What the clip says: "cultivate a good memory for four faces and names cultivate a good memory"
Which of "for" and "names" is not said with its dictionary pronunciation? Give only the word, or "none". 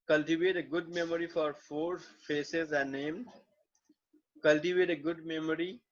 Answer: names